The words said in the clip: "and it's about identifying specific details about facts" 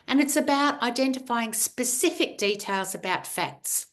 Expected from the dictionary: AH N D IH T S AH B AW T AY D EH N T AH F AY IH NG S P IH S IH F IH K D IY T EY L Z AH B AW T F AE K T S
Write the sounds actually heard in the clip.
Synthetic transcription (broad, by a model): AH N IH T S AH B AW T AY D EH N T AH F AY IH NG S P IH S IH F IH K D IY T EY L Z AH B AW T F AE K T S